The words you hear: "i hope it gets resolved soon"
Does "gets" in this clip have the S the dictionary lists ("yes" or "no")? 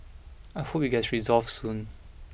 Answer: no